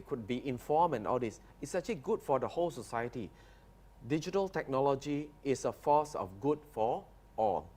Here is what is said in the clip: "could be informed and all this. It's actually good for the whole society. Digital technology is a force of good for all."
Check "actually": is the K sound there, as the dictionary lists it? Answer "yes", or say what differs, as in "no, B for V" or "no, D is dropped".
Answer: no, K is dropped